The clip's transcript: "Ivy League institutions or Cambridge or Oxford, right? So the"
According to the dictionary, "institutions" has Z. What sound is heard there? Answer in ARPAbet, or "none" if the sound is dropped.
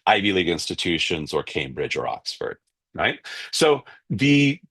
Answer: Z